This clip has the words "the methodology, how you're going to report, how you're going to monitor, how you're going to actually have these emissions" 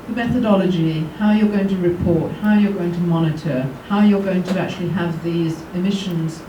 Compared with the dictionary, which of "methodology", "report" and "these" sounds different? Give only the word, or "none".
none